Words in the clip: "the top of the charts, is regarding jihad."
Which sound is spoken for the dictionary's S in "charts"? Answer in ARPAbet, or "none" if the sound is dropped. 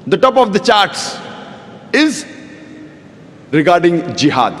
S